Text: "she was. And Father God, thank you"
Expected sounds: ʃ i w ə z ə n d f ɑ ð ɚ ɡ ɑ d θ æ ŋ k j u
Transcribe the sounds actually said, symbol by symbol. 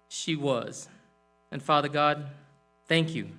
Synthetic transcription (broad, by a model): ʃ i w ə z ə n f ɑ ð ɚ ɡ ɑ d θ æ ŋ k j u